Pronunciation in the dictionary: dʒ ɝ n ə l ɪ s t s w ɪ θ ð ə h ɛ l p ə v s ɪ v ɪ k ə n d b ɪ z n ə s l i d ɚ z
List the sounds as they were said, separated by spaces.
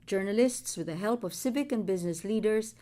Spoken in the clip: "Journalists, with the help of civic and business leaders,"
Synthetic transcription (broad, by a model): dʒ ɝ n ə l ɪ s t s w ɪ ð ə h ɛ l p ə v s ɪ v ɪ k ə n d b ɪ z n ə s l i d ɚ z